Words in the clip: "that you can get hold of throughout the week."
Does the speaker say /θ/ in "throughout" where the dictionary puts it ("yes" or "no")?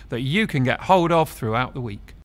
yes